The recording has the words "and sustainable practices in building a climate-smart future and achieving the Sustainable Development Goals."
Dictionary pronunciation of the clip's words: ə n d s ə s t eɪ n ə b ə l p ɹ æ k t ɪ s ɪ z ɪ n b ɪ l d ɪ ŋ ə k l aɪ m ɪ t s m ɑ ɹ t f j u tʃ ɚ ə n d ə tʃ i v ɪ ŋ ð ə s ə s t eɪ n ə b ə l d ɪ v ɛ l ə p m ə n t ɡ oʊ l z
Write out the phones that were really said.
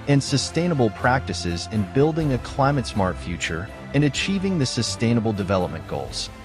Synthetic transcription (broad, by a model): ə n s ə s t eɪ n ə b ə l p ɹ æ k t ɪ s ɪ z ɪ n b ɪ l d ɪ ŋ ə k l aɪ m ɪ t s m ɑ ɹ t f j u tʃ ɚ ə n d ə tʃ i v ɪ ŋ ð ə s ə s t eɪ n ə b l d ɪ v ɛ l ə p m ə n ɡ oʊ l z